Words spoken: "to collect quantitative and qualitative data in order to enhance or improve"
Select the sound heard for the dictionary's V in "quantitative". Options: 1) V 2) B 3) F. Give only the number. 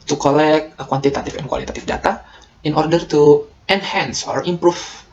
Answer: 3